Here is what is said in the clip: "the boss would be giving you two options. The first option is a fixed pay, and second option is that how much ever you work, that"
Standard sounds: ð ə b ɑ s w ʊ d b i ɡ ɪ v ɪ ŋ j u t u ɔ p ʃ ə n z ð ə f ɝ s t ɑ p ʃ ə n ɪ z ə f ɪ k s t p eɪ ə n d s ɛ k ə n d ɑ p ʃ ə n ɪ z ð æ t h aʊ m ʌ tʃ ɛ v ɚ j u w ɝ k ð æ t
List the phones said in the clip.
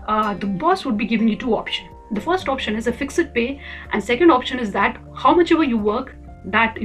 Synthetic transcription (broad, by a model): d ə b ɑ s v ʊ d b i ɡ ɪ v ɪ ŋ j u t u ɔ p ʃ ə n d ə f ɝ s t ɑ p ʃ ə n ɪ z ə f ɪ k s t p eɪ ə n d s ɛ k ə n d ɑ p ʃ ə n ɪ z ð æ t h aʊ m ʌ tʃ ɛ v ɚ j u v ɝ k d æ t